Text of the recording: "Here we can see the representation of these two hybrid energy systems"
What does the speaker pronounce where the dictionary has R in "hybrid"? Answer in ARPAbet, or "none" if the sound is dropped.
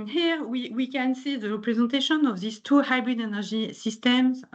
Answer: R